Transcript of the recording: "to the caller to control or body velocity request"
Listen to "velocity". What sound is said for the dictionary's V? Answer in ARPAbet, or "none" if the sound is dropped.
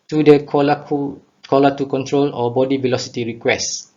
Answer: V